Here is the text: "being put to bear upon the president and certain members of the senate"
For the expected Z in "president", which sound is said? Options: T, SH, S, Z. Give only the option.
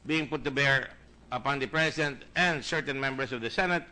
S